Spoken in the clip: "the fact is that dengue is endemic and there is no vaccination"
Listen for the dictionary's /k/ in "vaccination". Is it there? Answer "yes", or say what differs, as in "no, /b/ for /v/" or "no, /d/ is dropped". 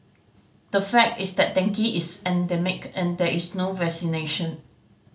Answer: no, /k/ is dropped